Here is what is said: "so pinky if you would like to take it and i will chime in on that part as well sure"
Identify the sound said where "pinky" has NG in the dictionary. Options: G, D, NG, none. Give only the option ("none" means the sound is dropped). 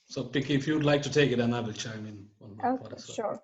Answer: none